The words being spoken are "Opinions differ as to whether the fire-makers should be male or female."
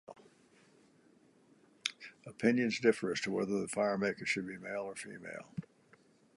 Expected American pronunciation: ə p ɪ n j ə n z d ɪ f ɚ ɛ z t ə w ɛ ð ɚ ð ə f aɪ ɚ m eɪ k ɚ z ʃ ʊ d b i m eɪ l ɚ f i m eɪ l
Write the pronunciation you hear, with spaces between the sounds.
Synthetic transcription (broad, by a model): ə p ɪ n j ə n z d ɪ f ɚ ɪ s t ə w ɛ ð ɚ ð ə f aɪ ɚ m eɪ k ɚ ʃ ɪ d b i m eɪ l ɚ f i m eɪ l